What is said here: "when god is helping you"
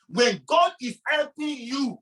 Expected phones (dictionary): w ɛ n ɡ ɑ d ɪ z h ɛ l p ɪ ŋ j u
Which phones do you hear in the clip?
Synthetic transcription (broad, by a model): w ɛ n ɡ ɑ d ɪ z h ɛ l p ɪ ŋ j u